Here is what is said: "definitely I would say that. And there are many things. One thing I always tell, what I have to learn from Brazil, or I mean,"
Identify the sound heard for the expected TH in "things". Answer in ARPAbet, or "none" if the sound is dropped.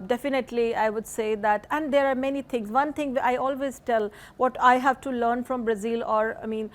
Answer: T